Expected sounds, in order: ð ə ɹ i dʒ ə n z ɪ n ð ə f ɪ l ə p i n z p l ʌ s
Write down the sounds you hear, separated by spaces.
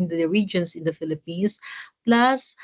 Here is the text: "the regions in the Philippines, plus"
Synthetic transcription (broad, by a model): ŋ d ɹ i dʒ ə n s ɪ n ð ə f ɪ l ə p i n s p l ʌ s